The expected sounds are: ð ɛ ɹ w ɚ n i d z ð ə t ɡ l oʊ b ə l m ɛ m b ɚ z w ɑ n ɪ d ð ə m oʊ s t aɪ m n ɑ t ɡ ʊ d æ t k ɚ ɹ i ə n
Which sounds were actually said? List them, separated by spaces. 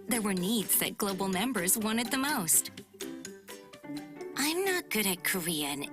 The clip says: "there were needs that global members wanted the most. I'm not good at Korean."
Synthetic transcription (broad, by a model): ð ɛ ɹ w ɚ n i d z ð ə t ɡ l oʊ b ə l m ɛ m b ɚ z w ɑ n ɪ d ð ə m oʊ s t aɪ m n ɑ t ɡ ʊ d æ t k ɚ ɹ i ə n